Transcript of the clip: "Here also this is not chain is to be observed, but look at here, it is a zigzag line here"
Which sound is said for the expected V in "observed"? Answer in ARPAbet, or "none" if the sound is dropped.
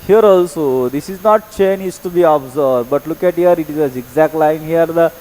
none